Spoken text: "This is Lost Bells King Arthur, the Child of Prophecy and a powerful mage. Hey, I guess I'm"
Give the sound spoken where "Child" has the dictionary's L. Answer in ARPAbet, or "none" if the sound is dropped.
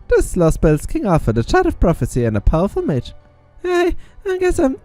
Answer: none